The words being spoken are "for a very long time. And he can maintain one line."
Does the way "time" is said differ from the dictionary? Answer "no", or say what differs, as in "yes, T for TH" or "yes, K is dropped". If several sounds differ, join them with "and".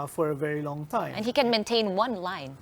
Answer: yes, M is dropped